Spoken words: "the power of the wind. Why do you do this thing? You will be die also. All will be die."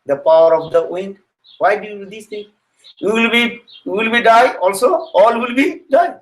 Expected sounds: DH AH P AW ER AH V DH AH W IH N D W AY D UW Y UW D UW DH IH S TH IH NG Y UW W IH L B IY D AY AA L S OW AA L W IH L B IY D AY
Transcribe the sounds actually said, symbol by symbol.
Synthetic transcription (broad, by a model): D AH P AW ER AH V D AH W IH N D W AY D UW Y UW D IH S T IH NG Y UW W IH L B IY D AY AA L S OW AA L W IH L B IY D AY